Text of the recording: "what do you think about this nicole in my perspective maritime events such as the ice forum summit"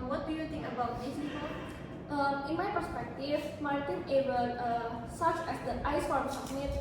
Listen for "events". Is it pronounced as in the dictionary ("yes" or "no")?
no